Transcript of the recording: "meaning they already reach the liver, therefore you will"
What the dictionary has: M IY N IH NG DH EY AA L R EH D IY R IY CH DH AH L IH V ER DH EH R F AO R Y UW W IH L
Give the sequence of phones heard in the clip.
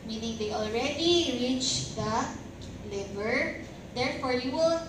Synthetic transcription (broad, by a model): M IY N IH NG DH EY AA L R EH D IY R IY CH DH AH L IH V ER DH EH R F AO R Y UW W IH L